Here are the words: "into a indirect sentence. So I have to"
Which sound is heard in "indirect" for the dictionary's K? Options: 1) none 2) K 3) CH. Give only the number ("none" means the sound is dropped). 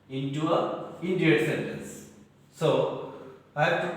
1